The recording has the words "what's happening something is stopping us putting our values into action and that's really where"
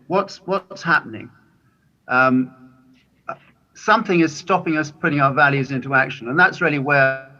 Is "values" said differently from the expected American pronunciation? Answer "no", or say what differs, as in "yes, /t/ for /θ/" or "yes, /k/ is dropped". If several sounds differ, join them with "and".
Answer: no